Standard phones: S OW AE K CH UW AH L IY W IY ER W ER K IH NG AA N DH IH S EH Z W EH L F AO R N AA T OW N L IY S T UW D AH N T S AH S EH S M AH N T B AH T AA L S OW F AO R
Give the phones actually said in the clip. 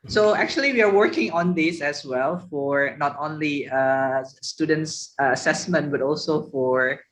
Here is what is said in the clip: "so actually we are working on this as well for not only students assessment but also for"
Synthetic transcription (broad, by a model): S OW AE K CH UW AH L IY W IY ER W ER K IH NG AA N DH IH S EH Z W EH L F AO R N AA T OW N L IY S T UW D AH N T S AH S EH S M AH N T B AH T AA L S OW F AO R